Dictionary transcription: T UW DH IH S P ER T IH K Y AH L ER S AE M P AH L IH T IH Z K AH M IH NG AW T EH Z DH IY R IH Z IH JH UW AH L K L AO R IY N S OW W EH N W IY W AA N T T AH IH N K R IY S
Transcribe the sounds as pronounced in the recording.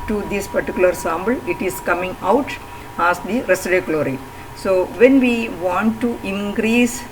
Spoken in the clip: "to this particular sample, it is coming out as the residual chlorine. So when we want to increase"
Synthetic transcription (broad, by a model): T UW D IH S P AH T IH K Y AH L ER S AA M B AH L IH T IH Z K AH M IH NG AW T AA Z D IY R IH S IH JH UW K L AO R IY S OW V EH N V IY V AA N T T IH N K R IY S